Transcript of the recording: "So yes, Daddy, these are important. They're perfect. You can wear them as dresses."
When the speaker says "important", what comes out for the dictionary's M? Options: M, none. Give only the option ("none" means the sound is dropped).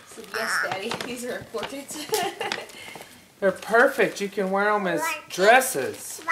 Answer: none